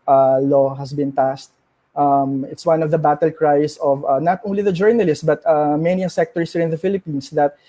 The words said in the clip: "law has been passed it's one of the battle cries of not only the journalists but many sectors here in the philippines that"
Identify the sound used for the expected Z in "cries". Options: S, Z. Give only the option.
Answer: S